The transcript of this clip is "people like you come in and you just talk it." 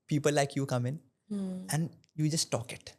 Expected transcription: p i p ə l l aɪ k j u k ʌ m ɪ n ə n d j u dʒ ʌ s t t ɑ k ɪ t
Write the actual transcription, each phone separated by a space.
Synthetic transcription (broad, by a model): p i p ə l l aɪ k j u k ʌ m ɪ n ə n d j u dʒ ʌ s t t ɑ k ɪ t